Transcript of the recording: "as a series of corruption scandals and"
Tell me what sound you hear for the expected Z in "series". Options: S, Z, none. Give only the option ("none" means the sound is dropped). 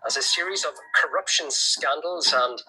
Z